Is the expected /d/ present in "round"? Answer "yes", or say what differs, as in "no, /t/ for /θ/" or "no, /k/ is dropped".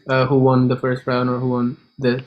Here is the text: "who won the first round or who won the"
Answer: no, /d/ is dropped